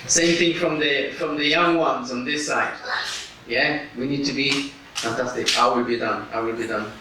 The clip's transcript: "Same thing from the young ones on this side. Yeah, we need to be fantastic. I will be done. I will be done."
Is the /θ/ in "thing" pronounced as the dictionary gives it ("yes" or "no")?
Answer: yes